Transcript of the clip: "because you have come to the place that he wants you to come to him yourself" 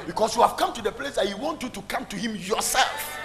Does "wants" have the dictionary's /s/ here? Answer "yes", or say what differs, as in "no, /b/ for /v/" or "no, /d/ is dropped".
no, /s/ is dropped